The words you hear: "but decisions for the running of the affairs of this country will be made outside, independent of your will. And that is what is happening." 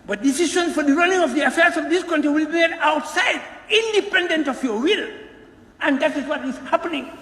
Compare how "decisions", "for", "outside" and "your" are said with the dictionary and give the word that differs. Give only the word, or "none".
decisions